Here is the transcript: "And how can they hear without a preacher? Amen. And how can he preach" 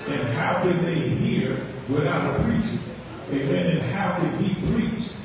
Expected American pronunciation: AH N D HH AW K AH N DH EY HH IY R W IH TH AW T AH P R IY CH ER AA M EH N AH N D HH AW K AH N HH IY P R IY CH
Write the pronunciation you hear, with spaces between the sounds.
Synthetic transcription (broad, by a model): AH N HH AW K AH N DH EY HH IY R W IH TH AW T AH P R IY CH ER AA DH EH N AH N HH AW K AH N HH IY P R IY CH